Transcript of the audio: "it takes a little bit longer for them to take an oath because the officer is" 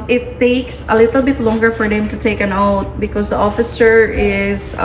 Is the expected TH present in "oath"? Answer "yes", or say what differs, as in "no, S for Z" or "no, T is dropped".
no, T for TH